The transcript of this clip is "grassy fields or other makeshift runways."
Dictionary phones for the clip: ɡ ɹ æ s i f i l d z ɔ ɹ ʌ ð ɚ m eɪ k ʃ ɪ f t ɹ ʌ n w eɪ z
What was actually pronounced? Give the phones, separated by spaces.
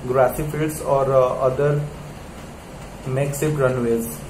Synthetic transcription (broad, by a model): ɡ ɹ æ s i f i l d s ɔ ɹ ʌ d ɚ m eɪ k s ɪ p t ɹ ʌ n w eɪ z